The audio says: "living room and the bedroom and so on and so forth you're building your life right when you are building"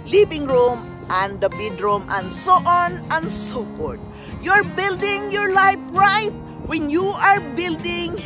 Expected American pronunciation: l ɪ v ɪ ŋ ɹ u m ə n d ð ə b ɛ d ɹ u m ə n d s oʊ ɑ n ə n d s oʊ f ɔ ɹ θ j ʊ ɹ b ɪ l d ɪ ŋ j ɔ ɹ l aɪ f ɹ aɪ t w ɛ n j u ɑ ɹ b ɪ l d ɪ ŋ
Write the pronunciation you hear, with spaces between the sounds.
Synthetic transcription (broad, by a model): l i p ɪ ŋ ɹ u m ə n d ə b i d ɹ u m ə n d s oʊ ɑ n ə n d s oʊ p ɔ ɹ t j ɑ ɹ b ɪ l d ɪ ŋ j ɔ ɹ l aɪ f ɹ aɪ t w ɛ n j u ɑ ɹ b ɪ l d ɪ ŋ